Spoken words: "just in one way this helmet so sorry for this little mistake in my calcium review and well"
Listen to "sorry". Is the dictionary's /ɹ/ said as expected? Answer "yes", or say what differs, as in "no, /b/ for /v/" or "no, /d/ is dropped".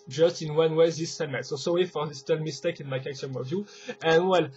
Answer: no, /w/ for /ɹ/